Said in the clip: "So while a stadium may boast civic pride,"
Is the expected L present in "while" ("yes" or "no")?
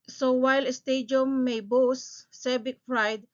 yes